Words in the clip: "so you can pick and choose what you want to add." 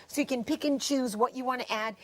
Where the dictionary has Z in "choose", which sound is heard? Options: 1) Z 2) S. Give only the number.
1